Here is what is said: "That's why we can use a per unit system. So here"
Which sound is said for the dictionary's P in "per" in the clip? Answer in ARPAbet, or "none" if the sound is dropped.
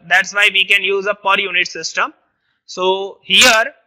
P